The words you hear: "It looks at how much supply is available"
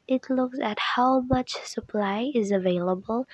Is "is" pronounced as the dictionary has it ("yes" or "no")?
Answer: yes